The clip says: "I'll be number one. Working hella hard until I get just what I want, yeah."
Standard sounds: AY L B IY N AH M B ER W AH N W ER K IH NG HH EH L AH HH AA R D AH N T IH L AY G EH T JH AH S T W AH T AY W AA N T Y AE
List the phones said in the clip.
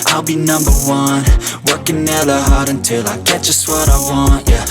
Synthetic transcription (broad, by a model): AY L B IY N AH M B ER W AH N W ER K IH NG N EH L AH HH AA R D AH N T IH L AY G EH T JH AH S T W AH T AY W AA N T Y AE